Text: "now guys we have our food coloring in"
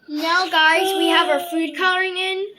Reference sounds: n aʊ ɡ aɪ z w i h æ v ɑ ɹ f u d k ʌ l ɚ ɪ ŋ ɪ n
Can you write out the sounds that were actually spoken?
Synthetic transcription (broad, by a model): n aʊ ɡ aɪ z w i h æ v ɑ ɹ f u d k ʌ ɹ ɪ ŋ ɪ n